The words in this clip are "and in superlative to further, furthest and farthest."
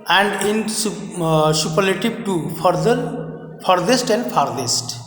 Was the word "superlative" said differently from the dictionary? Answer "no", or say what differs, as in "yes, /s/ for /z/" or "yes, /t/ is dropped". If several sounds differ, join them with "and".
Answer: yes, /b/ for /v/